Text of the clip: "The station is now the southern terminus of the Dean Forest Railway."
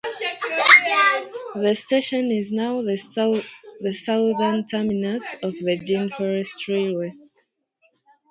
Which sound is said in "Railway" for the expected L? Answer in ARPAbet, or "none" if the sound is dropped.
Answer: none